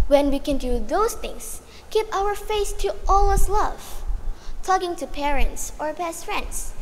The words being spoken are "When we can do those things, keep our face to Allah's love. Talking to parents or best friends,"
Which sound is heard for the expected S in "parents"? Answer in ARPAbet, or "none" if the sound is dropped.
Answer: S